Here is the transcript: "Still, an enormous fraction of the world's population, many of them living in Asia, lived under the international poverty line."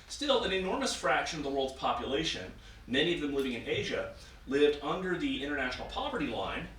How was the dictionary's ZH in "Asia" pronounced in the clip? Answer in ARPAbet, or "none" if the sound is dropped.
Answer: ZH